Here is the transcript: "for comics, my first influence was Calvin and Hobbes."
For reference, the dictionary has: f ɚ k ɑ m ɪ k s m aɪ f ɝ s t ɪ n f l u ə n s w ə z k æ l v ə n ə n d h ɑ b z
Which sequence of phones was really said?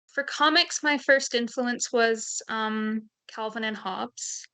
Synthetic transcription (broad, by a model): f ɚ k ɑ m ɪ k s m aɪ f ɝ s t ɪ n f l u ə n s w ə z k æ l v ə n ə n h ɑ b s